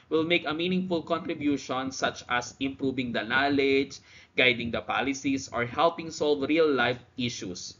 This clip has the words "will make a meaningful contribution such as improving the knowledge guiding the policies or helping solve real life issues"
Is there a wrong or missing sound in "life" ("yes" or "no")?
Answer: no